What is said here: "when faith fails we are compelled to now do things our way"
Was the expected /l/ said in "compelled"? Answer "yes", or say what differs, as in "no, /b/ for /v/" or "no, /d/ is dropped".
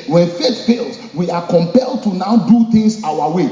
yes